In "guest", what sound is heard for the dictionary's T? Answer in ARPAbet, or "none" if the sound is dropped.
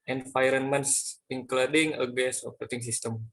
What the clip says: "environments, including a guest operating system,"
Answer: none